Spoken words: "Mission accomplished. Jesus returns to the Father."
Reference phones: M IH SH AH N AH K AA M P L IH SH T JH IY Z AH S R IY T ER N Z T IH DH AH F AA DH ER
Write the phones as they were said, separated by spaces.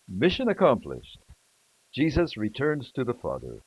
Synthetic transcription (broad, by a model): M IH SH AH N AH K AA M P L IH SH T JH IY Z AH S R IY T ER N Z T IH DH AH F AA DH ER